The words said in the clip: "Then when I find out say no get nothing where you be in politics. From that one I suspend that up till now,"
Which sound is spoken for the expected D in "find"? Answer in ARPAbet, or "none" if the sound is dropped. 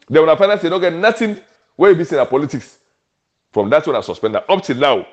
none